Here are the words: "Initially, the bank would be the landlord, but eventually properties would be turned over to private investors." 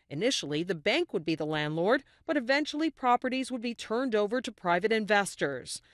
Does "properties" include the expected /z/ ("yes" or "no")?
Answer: yes